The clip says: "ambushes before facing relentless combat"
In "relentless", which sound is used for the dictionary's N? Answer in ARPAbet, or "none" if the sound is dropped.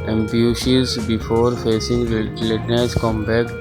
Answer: none